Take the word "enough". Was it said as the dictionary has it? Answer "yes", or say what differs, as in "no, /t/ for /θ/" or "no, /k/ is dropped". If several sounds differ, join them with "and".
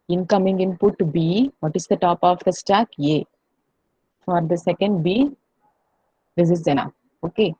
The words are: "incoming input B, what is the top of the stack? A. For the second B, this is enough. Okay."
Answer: no, /f/ is dropped